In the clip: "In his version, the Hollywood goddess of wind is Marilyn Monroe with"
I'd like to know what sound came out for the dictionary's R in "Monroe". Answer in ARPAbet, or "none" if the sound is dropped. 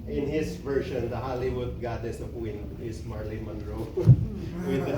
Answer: R